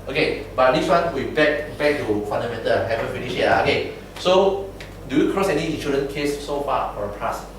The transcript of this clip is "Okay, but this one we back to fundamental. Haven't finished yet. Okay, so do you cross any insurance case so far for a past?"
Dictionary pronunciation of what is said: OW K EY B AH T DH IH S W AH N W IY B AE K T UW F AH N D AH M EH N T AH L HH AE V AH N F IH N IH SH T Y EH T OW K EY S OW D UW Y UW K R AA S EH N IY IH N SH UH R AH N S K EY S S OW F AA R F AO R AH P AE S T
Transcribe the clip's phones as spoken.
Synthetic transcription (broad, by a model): OW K EY B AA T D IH S W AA N W IY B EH K T UW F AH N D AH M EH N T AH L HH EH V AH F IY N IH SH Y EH OW K EY S OW D UW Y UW K R AA S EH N IY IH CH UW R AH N K EY S S OW F AA F AO R AH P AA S